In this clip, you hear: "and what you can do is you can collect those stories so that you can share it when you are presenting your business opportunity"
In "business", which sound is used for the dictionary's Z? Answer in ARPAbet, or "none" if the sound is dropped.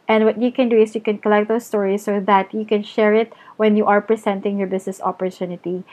S